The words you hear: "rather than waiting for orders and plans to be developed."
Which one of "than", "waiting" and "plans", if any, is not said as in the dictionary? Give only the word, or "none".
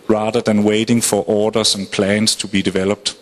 plans